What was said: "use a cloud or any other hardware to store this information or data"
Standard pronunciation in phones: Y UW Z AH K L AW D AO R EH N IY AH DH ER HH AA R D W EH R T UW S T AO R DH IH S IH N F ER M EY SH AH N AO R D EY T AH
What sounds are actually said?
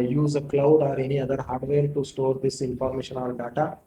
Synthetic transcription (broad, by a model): Y UW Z AH K L AW D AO R EH N IY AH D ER HH AA R D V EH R T UW S T AO R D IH S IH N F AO M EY SH AH N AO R D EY T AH